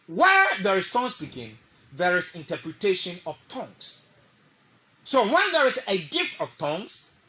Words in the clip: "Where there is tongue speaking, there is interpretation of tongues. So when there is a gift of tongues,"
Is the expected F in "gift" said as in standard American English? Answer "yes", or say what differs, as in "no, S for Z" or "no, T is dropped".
yes